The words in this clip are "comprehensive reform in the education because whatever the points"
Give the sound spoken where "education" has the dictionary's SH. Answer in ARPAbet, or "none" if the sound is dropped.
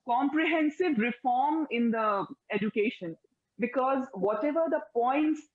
SH